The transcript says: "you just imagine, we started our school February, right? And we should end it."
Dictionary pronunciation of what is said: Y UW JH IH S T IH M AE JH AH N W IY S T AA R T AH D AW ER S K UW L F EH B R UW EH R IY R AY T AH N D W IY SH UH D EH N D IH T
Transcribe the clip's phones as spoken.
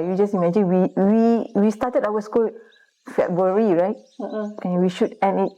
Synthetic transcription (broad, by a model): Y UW JH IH S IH M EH JH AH N W IY S T AA T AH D AW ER S K UW L F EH B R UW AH R IY R AY T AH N W IY SH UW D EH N IH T